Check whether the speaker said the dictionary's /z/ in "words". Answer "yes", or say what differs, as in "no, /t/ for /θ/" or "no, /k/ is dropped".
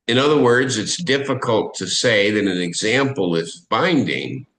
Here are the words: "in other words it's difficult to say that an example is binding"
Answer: yes